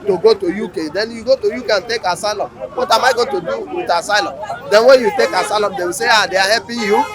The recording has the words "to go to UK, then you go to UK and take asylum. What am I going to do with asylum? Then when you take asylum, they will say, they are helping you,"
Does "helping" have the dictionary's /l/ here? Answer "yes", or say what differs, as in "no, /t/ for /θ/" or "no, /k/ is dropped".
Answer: no, /l/ is dropped